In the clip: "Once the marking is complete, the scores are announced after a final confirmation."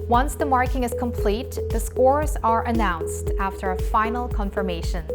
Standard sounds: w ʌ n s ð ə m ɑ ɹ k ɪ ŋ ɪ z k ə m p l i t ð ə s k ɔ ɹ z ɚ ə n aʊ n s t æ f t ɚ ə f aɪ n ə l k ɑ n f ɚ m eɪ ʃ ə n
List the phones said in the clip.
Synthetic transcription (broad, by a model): w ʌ n s ð ə m ɑ ɹ k ɪ ŋ ɪ z k ə m p l i t ð ə s k ɔ ɹ z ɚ ə n aʊ n s t æ f t ɚ ə f aɪ n l k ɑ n f ɚ m eɪ ʃ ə n